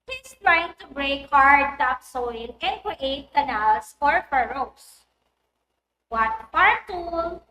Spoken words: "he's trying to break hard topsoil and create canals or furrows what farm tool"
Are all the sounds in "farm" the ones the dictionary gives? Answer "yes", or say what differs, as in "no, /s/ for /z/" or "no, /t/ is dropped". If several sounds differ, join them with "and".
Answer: no, /p/ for /f/